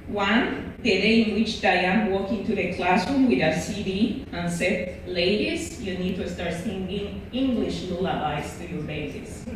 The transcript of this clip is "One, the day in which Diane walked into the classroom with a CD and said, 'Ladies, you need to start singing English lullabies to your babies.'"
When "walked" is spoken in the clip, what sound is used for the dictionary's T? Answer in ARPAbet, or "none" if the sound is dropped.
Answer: none